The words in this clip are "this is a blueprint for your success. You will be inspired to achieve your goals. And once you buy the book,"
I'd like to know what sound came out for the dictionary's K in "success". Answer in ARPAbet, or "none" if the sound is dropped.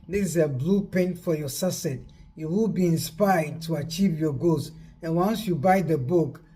none